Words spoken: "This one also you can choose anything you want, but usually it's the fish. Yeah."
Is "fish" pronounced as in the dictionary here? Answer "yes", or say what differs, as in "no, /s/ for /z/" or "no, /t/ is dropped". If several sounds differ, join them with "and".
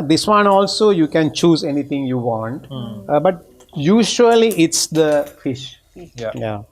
yes